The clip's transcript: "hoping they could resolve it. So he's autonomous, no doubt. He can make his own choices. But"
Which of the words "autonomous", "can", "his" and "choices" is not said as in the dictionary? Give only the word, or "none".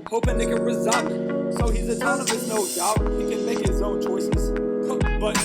autonomous